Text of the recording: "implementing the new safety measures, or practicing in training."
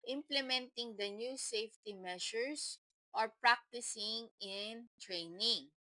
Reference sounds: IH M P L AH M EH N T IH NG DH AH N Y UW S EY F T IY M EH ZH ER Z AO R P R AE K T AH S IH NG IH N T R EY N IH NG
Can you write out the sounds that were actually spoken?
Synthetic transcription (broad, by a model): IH M P L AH M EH N T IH NG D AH N Y UW S EY F T IY M EH SH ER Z AO R P R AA K T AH S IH NG IH N T R EY N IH NG